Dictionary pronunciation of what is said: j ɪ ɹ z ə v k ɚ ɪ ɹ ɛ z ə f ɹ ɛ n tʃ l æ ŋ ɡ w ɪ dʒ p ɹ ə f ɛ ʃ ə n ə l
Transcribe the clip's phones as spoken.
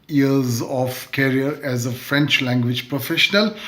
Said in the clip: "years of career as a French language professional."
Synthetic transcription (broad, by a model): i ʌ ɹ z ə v k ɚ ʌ ɹ ɛ z ə f ɹ ɛ n tʃ l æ ŋ ɡ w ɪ dʒ p ɹ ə f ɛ ʃ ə n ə l